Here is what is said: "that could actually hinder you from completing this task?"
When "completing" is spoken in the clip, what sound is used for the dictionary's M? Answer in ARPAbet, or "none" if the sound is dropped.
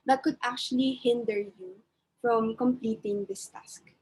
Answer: M